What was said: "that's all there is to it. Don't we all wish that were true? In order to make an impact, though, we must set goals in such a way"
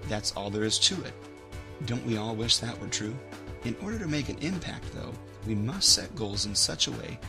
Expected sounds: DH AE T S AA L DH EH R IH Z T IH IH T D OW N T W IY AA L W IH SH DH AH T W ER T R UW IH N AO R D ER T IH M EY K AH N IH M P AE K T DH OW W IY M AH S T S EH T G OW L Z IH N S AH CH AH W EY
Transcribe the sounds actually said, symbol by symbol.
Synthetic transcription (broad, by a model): DH AE T S AA L DH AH R IH Z T IH IH T D OW N T W IY AA L W IH SH DH AH T W ER T R UW IH N AO R D ER T IH M EY K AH N IH M P AE K T DH OW W IY M AH S T S EH T G OW L Z IH N S AH CH AH W EY